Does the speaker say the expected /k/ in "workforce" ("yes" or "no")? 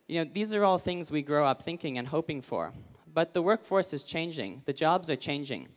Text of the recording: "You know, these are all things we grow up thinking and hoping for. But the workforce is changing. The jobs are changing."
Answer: yes